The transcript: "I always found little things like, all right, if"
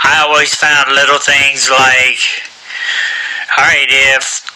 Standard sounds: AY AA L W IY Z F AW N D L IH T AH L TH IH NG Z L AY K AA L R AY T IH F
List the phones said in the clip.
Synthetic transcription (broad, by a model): AY AA L W IY Z F AW N D L IH T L TH IH NG Z L AY K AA R AY T IH F